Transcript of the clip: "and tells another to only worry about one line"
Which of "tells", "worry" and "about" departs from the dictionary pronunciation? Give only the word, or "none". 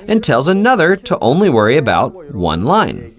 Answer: none